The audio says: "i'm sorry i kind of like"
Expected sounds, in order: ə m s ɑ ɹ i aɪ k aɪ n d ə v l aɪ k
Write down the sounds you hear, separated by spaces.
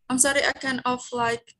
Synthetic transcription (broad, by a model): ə m s ɑ ɹ i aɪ k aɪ n ə f l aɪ k